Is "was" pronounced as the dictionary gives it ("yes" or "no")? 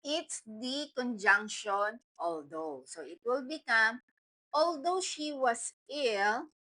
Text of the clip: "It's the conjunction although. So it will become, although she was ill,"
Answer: no